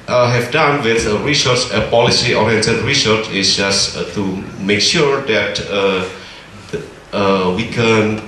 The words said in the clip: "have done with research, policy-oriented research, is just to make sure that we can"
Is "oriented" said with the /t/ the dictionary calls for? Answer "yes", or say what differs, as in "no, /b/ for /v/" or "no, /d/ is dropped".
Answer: no, /s/ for /t/